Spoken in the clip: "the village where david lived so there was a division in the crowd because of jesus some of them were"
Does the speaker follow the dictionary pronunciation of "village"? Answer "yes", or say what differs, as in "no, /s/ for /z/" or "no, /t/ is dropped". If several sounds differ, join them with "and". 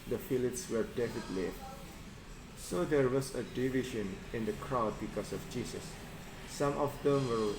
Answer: no, /f/ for /v/